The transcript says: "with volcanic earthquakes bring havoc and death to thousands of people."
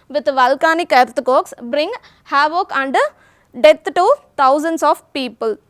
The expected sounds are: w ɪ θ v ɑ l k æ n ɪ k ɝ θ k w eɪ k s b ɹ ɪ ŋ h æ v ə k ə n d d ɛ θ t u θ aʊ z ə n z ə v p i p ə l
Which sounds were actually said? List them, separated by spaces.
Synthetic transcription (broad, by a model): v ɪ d v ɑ l k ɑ n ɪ k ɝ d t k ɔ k s b ɹ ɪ ŋ h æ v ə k ə n d d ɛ t t u t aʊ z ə n s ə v p i p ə l